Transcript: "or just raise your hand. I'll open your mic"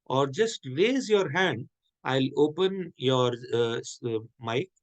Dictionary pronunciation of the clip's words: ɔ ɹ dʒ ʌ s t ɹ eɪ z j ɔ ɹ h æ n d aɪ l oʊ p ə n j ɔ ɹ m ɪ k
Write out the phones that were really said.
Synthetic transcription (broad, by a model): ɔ ɹ dʒ ʌ s t ɹ eɪ z j ɔ ɹ h æ n d aɪ l oʊ p ə n j ɔ ɹ m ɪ k